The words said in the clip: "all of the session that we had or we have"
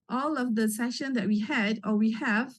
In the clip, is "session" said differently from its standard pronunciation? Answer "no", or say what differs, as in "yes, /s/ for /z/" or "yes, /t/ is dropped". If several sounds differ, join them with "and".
no